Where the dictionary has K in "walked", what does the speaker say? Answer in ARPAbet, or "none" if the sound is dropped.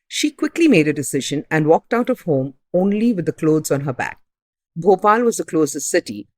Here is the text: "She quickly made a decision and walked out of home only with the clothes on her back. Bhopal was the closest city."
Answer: K